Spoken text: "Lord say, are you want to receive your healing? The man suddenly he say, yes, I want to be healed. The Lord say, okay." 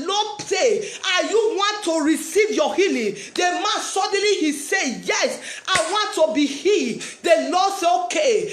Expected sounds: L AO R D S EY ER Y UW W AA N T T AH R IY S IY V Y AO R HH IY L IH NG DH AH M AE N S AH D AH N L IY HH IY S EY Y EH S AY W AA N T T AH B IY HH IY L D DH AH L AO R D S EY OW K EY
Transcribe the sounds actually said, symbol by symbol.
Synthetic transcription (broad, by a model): L AO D S EY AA Y UW W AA N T T AH R IY S IY V Y AO HH IY L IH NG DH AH M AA N S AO D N L IY HH IY S EY Y EH S AY W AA N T T AH B IY HH IY D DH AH L AO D S EY OW K EY